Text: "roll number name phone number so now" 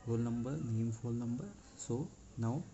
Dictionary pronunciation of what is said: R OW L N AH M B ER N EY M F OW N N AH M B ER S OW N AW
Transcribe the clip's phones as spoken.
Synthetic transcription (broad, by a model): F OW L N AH M B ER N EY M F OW L N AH M B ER S OW N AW